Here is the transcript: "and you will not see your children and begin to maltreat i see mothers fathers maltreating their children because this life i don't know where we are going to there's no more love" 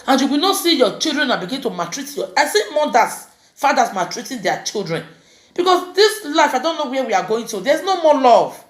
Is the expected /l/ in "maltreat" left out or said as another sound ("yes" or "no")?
yes